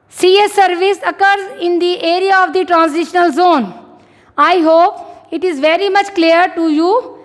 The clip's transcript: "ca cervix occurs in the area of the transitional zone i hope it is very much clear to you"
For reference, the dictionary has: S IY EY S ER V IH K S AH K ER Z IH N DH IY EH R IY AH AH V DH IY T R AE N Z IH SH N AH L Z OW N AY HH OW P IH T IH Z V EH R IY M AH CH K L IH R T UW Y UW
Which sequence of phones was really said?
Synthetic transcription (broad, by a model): S IY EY S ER V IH S AH K ER Z IH N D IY EH R IY AH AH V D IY T R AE N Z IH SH N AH L Z OW N AY HH OW P IH T IH Z V EH R IY M AH CH K L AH R T UW Y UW